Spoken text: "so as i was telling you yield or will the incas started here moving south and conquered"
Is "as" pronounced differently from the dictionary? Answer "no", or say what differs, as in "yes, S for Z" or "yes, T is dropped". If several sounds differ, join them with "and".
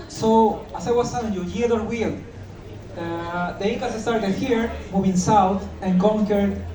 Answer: yes, S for Z